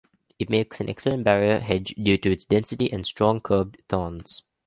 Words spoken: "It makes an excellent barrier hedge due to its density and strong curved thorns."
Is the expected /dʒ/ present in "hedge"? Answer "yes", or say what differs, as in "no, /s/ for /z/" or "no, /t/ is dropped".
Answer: yes